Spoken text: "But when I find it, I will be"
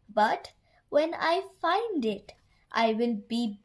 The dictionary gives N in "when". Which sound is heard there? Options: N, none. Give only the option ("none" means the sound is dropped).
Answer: N